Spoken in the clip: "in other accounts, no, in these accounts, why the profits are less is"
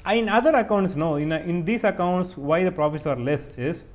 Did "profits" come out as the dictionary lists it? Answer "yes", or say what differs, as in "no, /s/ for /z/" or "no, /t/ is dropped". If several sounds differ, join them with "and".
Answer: no, /s/ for /t/